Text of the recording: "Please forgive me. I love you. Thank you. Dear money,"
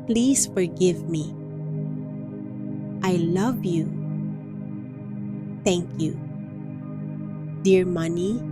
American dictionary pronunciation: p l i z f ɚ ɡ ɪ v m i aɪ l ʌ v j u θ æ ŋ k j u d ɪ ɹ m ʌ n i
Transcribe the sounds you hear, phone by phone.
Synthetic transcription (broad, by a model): p l i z f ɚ ɡ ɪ v m i aɪ l ʌ v j u t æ ŋ k j u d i ɹ m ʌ n i